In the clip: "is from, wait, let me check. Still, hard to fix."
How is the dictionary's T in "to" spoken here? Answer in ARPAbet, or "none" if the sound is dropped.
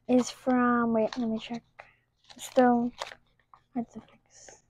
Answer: S